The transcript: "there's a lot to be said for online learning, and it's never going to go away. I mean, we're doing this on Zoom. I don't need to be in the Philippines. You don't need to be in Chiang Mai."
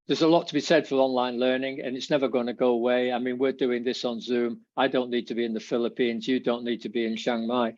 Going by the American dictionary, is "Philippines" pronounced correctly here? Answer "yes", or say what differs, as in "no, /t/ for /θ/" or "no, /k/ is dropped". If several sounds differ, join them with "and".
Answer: yes